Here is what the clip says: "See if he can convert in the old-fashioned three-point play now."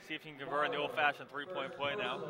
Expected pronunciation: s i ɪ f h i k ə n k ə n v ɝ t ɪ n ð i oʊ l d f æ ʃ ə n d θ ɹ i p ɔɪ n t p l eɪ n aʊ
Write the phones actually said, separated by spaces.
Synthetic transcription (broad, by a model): s i ɪ f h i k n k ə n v ɝ ɪ n ð i oʊ l d f æ ʃ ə n θ ɹ i p ɔɪ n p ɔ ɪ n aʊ